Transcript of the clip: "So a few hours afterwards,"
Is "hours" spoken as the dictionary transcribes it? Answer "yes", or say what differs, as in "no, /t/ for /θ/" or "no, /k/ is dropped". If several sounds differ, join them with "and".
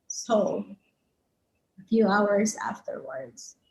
yes